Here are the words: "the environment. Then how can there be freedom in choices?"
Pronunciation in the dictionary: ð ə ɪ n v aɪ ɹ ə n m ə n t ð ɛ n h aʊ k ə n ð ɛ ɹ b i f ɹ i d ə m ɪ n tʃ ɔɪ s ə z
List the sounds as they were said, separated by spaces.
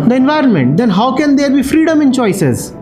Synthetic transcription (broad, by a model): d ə ɪ n v aɪ ɹ ə n m ə n t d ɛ n h aʊ k ə n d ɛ ɹ b i f ɹ i d ə m ɪ n tʃ ɔɪ s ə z